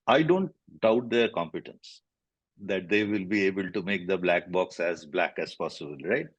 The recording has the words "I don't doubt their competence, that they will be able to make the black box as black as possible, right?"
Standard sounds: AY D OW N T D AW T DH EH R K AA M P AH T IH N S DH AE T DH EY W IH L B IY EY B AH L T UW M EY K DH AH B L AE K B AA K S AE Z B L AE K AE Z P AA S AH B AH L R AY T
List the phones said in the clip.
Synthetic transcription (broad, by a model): AY D OW N T D AW T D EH R K AA M P AH T IH N S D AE T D EY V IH L B IY EY B AH L T UW M EY K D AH B L AE K B AA K S AE Z B L AE K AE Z P AA S AH B AH L R AY T